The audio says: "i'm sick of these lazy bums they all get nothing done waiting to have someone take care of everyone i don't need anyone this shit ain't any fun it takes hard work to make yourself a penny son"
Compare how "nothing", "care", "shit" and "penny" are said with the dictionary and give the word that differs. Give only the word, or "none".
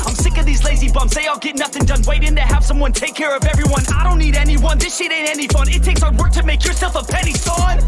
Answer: none